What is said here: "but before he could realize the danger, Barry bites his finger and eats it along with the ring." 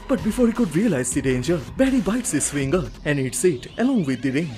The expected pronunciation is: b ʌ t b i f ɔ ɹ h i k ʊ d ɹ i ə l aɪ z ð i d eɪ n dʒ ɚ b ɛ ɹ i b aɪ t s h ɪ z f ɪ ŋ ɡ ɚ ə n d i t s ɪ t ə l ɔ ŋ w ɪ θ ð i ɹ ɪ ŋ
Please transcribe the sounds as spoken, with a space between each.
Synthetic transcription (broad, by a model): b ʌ t b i f ɔ ɹ h i k ʊ d ɹ i ə l aɪ z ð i d eɪ n dʒ ɚ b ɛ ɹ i b aɪ t s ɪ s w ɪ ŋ ɡ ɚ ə n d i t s ɪ t ə l ɔ ŋ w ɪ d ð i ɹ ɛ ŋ